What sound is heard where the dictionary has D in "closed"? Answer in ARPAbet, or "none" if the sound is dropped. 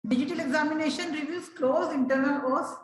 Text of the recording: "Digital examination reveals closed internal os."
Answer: none